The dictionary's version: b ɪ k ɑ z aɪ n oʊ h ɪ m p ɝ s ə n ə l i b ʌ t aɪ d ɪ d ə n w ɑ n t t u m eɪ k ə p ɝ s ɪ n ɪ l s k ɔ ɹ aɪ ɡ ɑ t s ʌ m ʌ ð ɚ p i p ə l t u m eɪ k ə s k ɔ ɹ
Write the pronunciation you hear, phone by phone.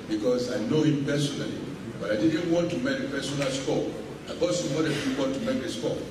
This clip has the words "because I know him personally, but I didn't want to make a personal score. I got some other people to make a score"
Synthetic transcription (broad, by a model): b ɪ k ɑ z aɪ n oʊ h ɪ m p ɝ s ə n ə l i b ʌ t aɪ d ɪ d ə n w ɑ n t t u m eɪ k ə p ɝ s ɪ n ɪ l s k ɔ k aɪ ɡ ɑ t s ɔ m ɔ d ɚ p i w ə n t u m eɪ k ə s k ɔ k